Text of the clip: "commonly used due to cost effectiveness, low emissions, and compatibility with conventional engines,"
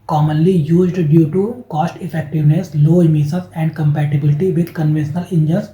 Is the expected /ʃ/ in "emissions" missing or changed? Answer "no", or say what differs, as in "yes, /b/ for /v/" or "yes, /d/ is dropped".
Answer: yes, /s/ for /ʃ/